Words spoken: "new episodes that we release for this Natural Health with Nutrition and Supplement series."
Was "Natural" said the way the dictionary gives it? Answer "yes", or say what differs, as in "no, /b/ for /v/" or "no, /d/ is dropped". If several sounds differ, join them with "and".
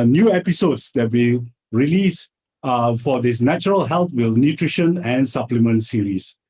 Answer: yes